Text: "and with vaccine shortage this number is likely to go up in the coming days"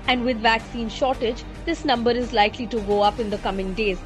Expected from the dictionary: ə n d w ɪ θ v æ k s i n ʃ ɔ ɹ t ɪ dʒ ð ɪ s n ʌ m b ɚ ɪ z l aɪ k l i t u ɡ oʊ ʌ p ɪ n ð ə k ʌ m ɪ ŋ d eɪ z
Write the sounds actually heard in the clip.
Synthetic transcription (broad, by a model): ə n d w ɪ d v æ k s i n ʃ ɔ ɹ t ɪ dʒ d ɪ s n ʌ m b ɚ ɪ z l aɪ k l i t u ɡ oʊ ʌ p ɪ n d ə k ʌ m ɪ ŋ d eɪ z